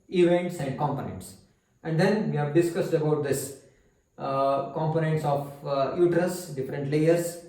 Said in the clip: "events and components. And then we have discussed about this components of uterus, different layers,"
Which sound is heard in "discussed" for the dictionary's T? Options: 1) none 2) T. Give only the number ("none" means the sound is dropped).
2